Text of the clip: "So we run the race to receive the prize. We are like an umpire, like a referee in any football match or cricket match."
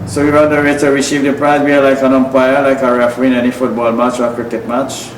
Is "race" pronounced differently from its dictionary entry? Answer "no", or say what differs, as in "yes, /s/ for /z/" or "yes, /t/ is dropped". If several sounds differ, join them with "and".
yes, /s/ is dropped